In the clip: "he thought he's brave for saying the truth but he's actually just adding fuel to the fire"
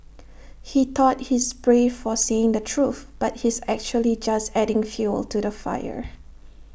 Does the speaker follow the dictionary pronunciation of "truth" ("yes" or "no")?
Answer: yes